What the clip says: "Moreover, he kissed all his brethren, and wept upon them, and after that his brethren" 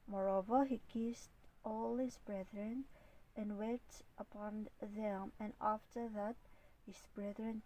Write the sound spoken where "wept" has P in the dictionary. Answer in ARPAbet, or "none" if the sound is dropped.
none